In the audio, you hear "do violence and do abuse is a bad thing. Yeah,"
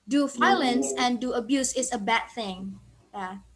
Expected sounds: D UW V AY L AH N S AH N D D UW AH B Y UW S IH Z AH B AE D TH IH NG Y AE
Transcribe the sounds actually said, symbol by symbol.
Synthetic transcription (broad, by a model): D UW F AY L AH N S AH N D D UW AH B Y UW S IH S AH B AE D TH IH NG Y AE